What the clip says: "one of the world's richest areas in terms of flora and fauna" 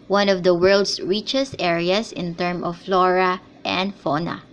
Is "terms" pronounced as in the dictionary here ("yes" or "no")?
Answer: no